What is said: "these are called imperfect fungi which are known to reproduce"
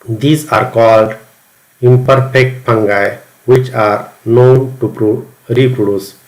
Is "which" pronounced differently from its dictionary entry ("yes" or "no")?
no